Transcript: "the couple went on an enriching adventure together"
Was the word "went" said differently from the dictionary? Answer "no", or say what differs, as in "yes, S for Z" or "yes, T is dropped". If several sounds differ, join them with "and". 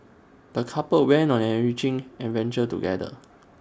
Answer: yes, T is dropped